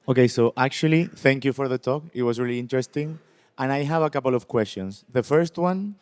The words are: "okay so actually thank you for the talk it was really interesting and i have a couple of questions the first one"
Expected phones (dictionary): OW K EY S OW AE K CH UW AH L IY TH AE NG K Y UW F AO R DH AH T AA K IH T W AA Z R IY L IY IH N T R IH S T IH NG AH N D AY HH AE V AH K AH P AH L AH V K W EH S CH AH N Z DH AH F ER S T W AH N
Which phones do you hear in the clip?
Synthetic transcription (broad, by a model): OW K EY S OW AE K CH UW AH L IY TH AE NG K Y UW F AO R DH AH T AA K IH T W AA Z R IY L IY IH N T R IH S T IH NG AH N AY HH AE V AH K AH P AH L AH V K W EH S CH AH N S DH AH F ER S T W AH N